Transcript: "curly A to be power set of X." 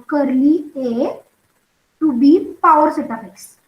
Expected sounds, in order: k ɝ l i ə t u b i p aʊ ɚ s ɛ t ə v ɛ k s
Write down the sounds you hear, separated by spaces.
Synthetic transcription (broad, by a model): k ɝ l i ə t u b i p aʊ ɚ s ɛ t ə p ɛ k s